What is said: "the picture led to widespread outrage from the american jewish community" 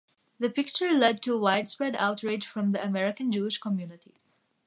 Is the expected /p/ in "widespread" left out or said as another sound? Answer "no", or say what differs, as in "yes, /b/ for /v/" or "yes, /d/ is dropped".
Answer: no